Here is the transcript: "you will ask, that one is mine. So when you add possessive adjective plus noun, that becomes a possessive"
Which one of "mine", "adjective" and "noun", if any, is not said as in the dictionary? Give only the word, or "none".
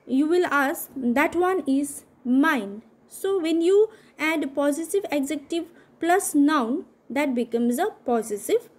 adjective